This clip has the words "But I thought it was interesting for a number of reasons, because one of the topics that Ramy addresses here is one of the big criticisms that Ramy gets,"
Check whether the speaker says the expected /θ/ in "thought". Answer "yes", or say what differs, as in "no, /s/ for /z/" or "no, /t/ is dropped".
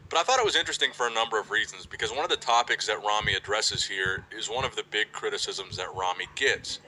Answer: yes